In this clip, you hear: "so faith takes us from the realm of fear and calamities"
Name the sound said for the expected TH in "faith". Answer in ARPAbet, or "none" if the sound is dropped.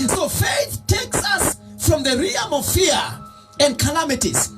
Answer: TH